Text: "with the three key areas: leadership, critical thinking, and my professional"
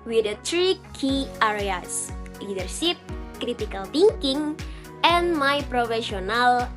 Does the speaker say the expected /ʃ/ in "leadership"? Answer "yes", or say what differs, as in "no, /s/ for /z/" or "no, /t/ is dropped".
no, /s/ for /ʃ/